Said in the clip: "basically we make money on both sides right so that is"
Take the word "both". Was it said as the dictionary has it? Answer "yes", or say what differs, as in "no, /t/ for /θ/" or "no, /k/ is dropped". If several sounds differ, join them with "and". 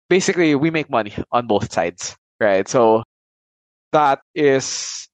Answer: yes